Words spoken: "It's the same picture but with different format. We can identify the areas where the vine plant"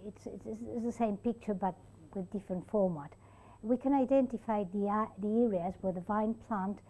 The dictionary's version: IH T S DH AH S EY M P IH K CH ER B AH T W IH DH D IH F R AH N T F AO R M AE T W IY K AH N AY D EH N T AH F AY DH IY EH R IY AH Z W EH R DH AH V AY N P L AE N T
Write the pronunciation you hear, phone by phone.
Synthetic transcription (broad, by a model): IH T S DH AH S EY M P IH K CH ER B AH T W IH DH D IH F R AH N T F AO R M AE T W IY K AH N AY D EH N T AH F AY DH IY EH R IY AH Z W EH R DH AH V AY N P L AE N T